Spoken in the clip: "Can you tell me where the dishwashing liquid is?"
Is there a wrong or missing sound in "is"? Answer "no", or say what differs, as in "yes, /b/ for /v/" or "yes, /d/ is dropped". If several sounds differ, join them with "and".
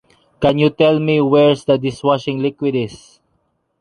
yes, /s/ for /z/